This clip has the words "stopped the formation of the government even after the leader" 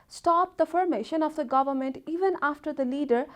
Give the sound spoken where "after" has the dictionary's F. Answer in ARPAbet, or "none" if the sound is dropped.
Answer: F